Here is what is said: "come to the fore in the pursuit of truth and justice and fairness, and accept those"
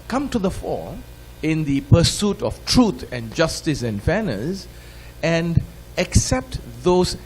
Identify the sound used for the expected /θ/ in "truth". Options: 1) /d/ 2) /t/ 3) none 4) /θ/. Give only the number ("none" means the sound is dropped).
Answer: 2